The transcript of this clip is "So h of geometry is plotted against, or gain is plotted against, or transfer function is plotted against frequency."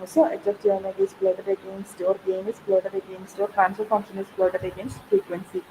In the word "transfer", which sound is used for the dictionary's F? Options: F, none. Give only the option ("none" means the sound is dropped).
none